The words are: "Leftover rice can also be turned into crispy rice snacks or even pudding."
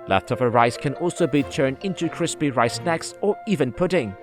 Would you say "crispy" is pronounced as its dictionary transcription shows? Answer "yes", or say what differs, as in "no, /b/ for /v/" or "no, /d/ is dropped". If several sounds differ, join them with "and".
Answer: yes